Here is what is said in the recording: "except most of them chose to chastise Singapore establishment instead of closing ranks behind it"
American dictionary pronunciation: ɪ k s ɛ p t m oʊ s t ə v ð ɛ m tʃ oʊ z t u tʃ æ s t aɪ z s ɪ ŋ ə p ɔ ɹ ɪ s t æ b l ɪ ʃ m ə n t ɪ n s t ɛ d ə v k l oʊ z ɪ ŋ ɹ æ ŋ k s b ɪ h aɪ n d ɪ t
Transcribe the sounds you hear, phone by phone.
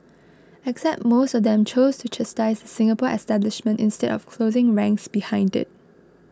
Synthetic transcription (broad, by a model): ɪ k s ɛ p t m oʊ s t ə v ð ɛ m tʃ oʊ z t u tʃ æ s t aɪ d s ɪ ŋ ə p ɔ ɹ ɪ s t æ b l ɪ ʃ m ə n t ɪ n s t ɛ d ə f k l oʊ z ɪ ŋ ɹ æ ŋ k s b ɪ h aɪ n d ɪ t